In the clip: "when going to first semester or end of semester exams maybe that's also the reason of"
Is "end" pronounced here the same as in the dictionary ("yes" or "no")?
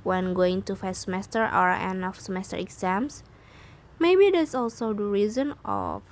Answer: no